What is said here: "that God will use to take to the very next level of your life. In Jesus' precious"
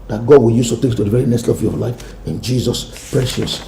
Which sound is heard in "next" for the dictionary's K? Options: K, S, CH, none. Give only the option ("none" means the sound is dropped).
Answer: none